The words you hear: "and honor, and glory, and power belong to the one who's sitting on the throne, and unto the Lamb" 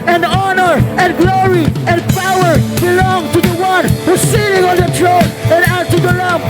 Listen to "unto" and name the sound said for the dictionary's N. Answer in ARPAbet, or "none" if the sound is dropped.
none